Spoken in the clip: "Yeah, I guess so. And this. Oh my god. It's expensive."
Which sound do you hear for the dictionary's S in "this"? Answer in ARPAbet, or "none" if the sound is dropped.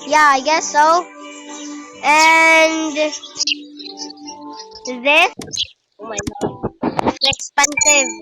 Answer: none